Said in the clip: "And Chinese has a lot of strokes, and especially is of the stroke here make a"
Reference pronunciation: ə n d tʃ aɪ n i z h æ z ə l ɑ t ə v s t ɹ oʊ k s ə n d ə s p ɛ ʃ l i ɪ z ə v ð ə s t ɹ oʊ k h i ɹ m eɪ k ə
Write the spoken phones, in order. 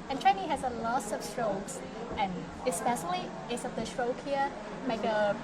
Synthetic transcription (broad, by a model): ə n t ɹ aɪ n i h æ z ə l ɑ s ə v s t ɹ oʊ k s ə n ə s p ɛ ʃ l i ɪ s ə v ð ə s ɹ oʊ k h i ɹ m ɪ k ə